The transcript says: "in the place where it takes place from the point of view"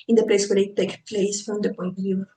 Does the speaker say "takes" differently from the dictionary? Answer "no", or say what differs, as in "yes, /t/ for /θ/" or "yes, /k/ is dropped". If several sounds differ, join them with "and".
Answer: yes, /s/ is dropped